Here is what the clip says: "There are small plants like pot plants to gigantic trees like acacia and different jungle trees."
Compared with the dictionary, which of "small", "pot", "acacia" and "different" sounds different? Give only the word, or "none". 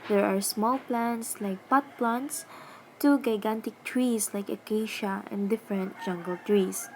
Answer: none